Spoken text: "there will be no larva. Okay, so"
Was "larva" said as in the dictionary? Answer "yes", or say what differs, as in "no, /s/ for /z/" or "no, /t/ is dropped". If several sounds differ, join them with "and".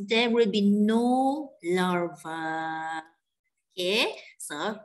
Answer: yes